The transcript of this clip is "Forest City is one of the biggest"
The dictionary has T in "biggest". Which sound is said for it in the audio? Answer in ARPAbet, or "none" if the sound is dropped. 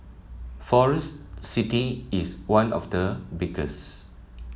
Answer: none